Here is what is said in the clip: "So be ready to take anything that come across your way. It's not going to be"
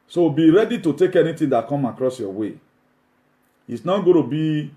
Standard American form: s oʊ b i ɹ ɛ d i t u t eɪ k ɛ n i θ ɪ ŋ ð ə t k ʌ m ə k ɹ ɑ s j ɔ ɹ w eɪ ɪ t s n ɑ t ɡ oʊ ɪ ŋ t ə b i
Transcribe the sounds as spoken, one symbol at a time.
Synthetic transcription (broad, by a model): s oʊ b i ɹ ɛ d i t u t eɪ k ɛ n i t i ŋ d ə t k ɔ m ə k ɹ ɑ s j ɔ w eɪ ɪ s n ɑ t ɡ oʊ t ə b i